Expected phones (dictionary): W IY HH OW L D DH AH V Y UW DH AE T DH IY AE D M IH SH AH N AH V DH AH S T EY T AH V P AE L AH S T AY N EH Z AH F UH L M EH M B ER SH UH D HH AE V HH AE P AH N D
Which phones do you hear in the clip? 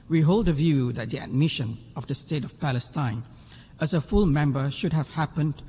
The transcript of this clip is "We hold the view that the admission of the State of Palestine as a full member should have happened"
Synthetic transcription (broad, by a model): W IY HH OW L D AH V Y UW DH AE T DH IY AE D M IH SH AH N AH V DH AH S T EY T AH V P AE L AH S T AY N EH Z AH F UH L M EH M B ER SH UH D HH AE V HH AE P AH N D